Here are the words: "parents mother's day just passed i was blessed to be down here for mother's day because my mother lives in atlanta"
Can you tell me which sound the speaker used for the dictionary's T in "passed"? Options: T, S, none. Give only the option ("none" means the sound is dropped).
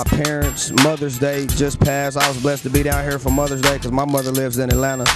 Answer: none